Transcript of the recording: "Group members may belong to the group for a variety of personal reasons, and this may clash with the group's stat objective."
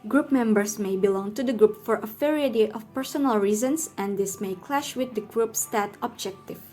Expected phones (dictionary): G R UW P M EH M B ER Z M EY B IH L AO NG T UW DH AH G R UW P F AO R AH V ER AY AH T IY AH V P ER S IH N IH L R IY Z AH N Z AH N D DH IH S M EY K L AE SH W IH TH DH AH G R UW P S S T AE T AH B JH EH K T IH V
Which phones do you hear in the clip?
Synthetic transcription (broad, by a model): G R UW P M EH M B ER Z M EY B IH L AO NG T UW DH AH G R UW P F AO R AH F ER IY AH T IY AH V P ER S IH N IH L R IY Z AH N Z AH N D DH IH S M EY K L AE SH W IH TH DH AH G R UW P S S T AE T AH B JH EH K T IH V